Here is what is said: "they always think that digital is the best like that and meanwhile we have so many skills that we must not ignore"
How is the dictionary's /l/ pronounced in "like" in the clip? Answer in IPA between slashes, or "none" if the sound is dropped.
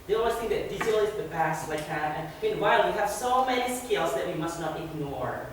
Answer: /w/